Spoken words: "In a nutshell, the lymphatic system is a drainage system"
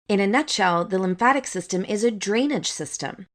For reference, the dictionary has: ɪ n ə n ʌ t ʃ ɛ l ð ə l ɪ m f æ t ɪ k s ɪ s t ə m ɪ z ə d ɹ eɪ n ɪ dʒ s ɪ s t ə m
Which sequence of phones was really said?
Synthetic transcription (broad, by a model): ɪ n ə n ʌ t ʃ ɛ l ð ə l ɪ m f æ t ɪ k s ɪ s t ə m ɪ z ə d ɹ eɪ n ɪ dʒ s ɪ s t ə m